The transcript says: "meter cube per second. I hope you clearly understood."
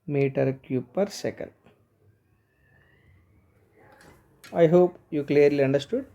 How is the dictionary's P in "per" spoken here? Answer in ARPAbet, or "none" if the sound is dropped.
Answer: P